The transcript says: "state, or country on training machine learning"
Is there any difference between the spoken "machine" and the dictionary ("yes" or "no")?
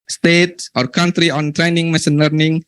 yes